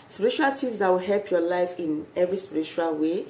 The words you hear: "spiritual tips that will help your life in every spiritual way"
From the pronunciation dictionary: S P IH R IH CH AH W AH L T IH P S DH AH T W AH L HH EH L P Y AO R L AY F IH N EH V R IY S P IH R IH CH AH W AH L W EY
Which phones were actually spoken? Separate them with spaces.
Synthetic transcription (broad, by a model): S P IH R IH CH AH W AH L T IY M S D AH T W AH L HH EH L P Y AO L AY F IH N EH V R IY S P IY R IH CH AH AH L W EY